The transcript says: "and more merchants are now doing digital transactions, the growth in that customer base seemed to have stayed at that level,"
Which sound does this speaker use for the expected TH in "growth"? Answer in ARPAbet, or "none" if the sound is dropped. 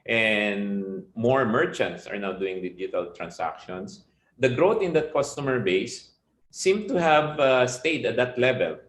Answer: T